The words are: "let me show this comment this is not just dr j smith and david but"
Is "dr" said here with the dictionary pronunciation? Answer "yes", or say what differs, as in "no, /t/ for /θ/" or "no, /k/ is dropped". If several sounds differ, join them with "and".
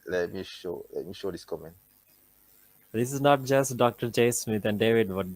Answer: yes